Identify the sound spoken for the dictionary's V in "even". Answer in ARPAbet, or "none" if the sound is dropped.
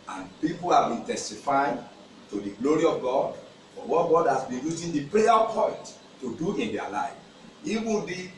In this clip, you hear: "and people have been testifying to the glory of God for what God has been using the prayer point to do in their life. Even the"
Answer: W